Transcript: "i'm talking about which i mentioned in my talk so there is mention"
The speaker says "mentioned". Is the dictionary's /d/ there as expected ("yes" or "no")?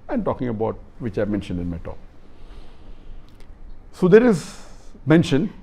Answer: yes